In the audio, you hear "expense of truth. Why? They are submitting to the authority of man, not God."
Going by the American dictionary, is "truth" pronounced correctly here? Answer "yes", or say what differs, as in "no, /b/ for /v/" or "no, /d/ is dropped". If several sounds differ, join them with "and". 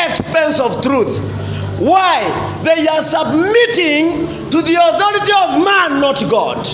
yes